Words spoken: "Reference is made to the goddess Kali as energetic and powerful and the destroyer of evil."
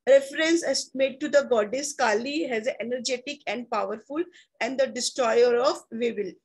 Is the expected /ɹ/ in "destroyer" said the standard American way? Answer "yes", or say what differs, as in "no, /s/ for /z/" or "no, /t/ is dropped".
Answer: yes